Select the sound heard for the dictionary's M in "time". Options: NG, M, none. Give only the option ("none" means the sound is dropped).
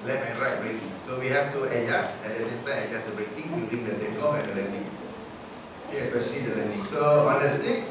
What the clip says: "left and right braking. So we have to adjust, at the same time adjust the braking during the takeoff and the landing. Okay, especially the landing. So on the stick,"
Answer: none